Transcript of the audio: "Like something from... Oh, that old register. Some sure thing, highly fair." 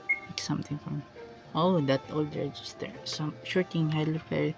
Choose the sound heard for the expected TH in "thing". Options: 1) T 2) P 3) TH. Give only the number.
1